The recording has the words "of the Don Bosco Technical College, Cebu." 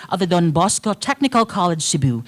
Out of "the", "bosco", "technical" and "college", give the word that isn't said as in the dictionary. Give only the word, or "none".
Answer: none